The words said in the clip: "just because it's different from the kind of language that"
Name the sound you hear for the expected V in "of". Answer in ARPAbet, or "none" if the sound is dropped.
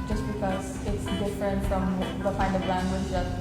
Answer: B